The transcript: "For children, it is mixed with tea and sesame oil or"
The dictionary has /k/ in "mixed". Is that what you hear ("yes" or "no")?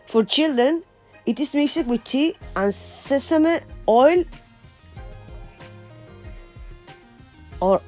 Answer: no